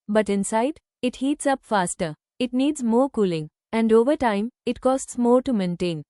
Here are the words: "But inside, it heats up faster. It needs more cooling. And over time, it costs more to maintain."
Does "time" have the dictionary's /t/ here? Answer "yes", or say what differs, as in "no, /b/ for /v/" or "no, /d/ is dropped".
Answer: yes